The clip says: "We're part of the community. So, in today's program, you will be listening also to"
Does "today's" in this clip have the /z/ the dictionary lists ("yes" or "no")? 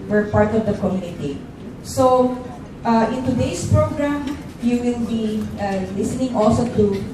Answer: no